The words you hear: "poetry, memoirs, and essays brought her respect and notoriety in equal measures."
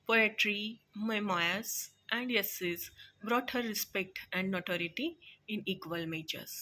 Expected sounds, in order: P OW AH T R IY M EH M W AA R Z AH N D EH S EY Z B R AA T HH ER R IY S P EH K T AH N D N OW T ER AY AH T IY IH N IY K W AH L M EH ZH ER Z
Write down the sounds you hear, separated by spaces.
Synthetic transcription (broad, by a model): P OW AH T R IY M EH M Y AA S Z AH N D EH S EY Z B R AA T HH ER R IY S P EH K T AH N D N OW T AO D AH T IY IH N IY K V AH L M EH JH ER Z